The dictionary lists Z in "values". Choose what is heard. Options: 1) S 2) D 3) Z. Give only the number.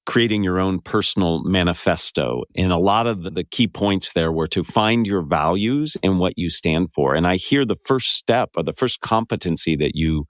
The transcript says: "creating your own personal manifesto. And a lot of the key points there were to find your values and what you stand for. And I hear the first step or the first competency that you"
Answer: 3